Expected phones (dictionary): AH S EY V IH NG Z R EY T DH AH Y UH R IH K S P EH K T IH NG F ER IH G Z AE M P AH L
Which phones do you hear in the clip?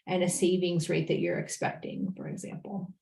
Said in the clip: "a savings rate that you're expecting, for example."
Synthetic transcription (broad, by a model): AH S EY V IH NG Z R EY T DH AH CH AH R IH K S P EH K T IH NG F ER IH G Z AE M P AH L